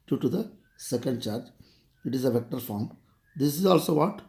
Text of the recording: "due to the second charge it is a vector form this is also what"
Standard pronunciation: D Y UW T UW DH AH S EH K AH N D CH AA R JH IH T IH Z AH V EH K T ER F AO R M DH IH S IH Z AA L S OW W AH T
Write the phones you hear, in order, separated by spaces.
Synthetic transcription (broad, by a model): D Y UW T UW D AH S EH K AH N D CH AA R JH IH T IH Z AH V EH K T ER F AO R M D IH S IH Z AA L S OW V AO T